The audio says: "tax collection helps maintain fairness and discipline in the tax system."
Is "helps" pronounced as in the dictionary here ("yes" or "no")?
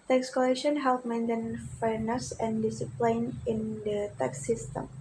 no